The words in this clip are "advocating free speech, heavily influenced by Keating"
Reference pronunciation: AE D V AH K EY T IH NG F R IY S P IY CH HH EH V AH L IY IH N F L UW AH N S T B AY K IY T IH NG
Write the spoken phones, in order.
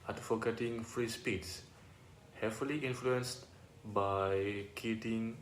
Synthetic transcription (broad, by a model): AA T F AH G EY T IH NG F R IY S P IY S HH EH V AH L IY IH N F L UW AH N S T B AY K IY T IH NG